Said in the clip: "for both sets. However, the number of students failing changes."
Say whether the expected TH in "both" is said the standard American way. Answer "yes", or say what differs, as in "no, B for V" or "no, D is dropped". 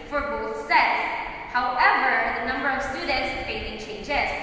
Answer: yes